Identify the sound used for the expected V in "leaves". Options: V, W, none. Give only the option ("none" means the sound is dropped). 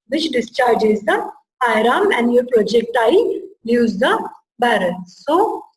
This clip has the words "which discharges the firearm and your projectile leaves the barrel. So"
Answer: none